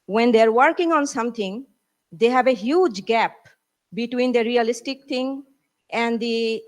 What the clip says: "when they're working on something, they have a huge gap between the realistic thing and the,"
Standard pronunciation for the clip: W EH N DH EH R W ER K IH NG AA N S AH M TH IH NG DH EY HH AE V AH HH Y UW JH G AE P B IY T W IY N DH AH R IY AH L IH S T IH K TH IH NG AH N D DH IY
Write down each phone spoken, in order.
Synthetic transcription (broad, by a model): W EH N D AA R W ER K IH NG AA N S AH M T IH NG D EY HH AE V AH HH Y UW JH G AE P B IY T W IY N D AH R IY AH L IH S T IH K T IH NG AH N D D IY